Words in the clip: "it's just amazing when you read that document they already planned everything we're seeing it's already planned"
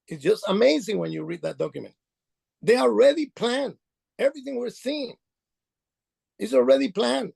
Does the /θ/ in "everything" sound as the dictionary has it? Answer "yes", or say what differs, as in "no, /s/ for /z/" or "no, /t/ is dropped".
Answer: yes